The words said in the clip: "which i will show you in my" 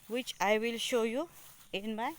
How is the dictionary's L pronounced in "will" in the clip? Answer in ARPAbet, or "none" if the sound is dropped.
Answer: L